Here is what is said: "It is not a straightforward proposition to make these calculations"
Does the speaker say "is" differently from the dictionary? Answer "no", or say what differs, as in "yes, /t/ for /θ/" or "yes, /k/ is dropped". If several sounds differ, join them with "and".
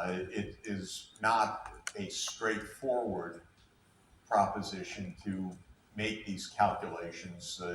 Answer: no